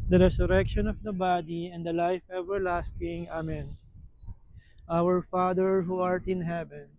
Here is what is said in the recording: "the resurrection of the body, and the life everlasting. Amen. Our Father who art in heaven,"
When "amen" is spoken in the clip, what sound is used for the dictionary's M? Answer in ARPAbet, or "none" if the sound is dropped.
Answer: M